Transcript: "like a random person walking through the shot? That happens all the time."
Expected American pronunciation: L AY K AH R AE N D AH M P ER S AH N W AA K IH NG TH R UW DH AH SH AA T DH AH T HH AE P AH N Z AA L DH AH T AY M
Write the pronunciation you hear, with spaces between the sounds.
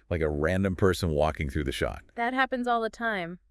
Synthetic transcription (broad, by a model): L AY K AH R AE N D AH M P ER S AH N W AA K IH NG TH R UW DH AH SH AA T DH AH T HH AE P AH N Z AA L DH AH T AY M